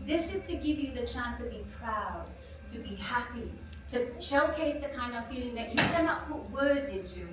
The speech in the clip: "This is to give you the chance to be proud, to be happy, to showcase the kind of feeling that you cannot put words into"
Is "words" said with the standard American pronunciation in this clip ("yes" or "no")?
yes